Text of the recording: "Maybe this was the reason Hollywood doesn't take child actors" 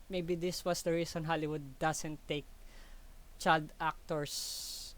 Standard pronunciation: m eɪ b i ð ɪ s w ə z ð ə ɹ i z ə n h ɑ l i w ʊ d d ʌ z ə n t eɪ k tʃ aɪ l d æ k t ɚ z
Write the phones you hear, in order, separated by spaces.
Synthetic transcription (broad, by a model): m eɪ b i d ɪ s w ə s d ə ɹ i s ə n h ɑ l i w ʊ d d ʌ s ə n t eɪ k tʃ aɪ l d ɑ k t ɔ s